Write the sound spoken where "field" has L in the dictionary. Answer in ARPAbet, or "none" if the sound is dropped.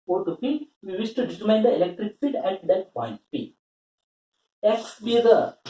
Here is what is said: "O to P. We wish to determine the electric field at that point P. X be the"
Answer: none